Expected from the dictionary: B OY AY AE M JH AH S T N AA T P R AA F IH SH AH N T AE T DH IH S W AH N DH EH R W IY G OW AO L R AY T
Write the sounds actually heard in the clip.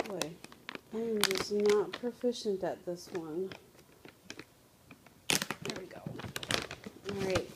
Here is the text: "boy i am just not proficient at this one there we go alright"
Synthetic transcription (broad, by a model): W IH AY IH M JH AH S N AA T P R AA F IH SH AH N T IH T DH IH S W AH N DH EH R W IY G OW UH R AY T